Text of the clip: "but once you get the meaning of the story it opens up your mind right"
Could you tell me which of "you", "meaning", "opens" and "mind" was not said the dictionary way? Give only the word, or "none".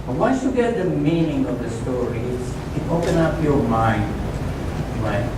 opens